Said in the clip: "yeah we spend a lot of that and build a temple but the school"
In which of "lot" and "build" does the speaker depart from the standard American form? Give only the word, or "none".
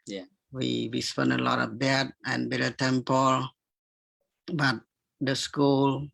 build